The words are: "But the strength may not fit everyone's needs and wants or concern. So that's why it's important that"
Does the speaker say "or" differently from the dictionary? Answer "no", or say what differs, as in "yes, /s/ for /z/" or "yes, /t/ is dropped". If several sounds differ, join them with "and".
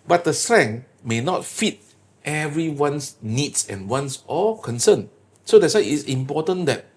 yes, /l/ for /ɹ/